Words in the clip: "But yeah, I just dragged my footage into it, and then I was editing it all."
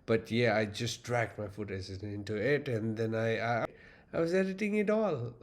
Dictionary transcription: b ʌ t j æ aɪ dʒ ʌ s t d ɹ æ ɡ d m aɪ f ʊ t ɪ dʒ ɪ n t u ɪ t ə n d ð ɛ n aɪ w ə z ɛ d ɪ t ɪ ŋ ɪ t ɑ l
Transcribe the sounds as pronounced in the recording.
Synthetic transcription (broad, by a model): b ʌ t j æ aɪ dʒ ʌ s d ɹ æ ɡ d m aɪ f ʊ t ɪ z ɪ n t u ɪ t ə n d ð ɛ n aɪ w ə z ɛ d ɪ t ɪ ŋ ɪ t ɑ l